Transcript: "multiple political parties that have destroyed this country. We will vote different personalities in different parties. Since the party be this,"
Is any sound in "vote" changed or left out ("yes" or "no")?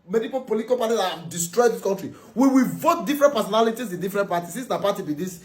no